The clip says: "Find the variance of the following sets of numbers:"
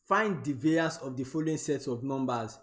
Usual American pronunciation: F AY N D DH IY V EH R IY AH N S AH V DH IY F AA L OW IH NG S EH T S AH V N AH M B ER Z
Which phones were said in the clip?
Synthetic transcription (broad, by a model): F AY N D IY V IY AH S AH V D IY F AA L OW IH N S EH T S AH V N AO M B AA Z